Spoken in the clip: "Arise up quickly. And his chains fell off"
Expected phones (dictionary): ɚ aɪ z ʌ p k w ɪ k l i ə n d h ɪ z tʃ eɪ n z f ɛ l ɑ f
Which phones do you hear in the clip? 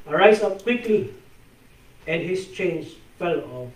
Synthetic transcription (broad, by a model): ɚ aɪ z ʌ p k w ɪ k l i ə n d h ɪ s tʃ eɪ n s f ɛ l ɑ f